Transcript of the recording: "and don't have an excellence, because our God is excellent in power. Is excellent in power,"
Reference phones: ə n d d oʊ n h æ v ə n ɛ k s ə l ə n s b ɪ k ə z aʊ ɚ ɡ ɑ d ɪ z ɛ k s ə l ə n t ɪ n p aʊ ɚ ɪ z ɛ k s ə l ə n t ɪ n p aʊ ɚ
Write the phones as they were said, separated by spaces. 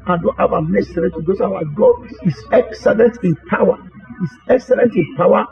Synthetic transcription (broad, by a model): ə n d d oʊ n h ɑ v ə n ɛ s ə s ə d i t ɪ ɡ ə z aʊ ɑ ɡ ɑ d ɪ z ɛ k s ə l ə n t ɪ n p aʊ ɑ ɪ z ɛ k s ə l ə n t ɪ n p aʊ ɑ